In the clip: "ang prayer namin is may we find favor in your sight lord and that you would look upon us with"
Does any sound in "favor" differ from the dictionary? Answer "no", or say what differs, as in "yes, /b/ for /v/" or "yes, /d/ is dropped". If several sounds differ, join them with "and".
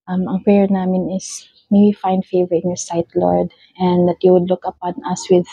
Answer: no